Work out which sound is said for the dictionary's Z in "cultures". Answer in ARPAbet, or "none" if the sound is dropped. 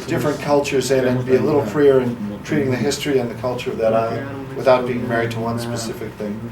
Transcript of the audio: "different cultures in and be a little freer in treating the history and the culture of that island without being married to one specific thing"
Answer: Z